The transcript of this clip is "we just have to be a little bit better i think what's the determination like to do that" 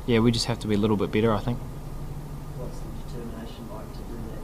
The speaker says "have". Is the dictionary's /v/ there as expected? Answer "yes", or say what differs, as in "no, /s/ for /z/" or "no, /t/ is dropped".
no, /f/ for /v/